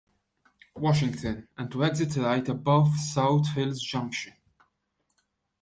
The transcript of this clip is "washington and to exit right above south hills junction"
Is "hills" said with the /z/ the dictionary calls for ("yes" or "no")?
yes